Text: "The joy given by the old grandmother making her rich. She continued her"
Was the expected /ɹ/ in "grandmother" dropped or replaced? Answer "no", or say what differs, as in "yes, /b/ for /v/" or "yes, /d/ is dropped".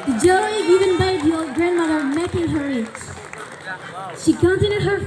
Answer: no